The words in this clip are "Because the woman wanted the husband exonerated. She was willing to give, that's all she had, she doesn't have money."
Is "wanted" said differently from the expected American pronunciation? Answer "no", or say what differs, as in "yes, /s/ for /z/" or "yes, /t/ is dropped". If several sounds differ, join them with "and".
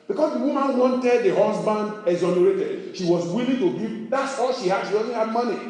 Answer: no